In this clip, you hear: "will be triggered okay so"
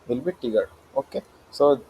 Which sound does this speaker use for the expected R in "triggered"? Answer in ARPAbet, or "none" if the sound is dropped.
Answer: none